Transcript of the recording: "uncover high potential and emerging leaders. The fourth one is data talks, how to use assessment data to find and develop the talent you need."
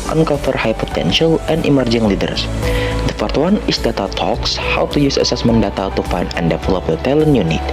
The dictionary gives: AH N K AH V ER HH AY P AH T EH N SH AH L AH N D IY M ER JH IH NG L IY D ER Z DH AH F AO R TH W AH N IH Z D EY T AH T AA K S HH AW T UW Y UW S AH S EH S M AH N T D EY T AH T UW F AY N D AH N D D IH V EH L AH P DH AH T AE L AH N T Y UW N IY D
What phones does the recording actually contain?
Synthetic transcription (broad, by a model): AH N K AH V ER HH AY P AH T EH N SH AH L AH N D IY M ER JH IH NG L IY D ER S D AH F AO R T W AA N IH S D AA T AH T AA K S HH AW T UW Y UW S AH S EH S M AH N D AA T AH T UW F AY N AH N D D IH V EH L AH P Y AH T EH L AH N Y UW N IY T